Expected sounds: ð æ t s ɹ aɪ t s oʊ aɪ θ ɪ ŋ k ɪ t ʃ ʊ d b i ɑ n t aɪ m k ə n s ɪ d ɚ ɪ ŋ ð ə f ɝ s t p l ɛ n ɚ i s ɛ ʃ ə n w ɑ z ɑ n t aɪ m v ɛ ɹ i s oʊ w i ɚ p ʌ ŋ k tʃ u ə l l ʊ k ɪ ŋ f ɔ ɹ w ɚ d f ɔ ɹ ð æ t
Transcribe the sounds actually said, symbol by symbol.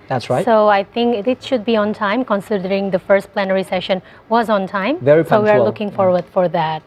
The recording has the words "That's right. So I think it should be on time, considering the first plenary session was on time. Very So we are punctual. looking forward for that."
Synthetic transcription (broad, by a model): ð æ t s ɹ aɪ t s oʊ aɪ t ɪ ŋ k ɪ t ʃ ʊ d b i ɑ n t aɪ m k ə n s ɪ d ɚ ɪ ŋ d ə f ɝ s t p l ɛ n ɚ i s ɛ ʃ ə n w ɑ z ɑ n t aɪ m v ɛ ɹ i s oʊ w i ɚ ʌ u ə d l ʊ k ɪ ŋ f ɔ ɹ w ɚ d f ɔ ɹ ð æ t